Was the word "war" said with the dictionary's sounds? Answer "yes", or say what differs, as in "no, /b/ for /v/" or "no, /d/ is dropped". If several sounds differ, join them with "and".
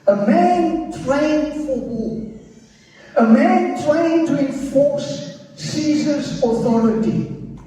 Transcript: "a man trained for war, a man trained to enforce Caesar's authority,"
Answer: no, /l/ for /ɹ/